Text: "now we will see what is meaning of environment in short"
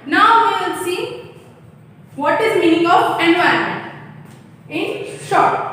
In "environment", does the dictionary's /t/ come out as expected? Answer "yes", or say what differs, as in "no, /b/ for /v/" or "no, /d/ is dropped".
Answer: no, /t/ is dropped